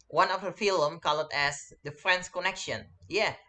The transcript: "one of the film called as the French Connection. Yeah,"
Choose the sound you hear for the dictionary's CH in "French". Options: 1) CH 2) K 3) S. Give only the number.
3